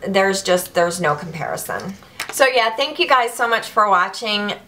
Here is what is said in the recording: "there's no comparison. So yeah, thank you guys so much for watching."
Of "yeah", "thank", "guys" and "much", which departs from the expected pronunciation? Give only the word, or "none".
none